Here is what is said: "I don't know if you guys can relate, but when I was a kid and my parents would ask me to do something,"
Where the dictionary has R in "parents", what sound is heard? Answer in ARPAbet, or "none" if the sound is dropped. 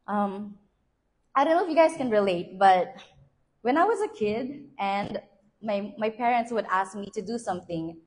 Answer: R